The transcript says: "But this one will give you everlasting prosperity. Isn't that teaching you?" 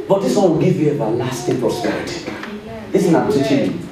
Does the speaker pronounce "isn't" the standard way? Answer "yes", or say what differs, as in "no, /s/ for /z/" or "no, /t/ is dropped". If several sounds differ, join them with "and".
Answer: no, /s/ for /z/